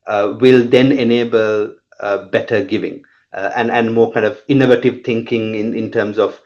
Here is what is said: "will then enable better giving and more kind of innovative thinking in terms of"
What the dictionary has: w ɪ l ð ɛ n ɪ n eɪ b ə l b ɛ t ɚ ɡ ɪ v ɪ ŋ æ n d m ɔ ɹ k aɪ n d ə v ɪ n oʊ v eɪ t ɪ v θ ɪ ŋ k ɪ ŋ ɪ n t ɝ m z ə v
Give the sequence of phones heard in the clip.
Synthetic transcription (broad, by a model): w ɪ l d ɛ n ɪ n eɪ b ə l b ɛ t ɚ ɡ ɪ v ɪ ŋ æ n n m ɔ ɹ k aɪ n d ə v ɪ n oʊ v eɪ t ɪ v t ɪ ŋ k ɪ ŋ ɪ n t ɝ m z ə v